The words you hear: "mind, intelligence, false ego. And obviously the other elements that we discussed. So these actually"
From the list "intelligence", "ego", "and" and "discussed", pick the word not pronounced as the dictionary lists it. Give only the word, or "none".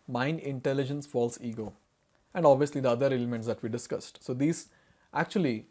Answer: none